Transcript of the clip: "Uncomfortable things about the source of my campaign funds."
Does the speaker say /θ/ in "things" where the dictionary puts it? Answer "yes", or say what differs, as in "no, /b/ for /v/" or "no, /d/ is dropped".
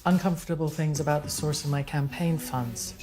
yes